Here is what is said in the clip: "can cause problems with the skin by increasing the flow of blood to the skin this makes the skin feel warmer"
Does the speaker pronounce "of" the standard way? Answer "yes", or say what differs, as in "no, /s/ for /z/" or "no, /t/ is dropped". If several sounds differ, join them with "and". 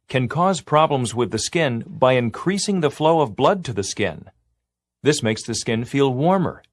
yes